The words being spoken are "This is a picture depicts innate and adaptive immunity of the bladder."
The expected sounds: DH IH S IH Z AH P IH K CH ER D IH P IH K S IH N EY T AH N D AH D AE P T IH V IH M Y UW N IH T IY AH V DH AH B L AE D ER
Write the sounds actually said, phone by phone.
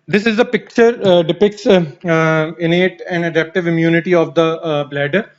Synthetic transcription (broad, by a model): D IH S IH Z AH P IH K CH ER D IH P IH K S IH N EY T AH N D AH D AE P T IH V IH M Y UW N IH T IY AH V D AH B L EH D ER